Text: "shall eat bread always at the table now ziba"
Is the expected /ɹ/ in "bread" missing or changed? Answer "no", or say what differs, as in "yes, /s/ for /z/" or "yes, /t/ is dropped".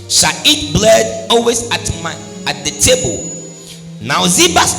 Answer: yes, /l/ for /ɹ/